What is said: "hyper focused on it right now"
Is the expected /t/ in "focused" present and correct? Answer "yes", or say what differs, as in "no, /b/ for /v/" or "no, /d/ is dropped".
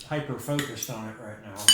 yes